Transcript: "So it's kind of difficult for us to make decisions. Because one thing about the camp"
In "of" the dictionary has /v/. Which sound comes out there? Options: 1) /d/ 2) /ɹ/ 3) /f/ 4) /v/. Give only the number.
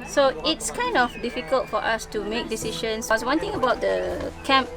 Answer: 3